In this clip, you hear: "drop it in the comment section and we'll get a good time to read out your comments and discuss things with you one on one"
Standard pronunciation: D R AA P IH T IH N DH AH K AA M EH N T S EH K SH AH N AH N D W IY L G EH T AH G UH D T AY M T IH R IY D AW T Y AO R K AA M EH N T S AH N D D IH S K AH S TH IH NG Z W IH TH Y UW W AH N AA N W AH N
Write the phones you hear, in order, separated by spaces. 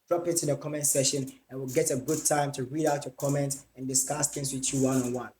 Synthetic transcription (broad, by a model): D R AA P IH T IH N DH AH K AA M EH N T S EH SH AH N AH N W IY L G EH T AH G UH D T AY M T IH R IY D AW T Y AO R K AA M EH N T AH N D D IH S K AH S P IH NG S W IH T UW W AH N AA N W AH N